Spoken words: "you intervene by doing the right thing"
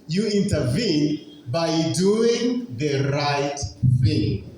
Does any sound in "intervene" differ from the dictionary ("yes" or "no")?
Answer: no